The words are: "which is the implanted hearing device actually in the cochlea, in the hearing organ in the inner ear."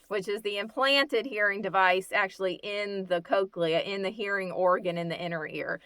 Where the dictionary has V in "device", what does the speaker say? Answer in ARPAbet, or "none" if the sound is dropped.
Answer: V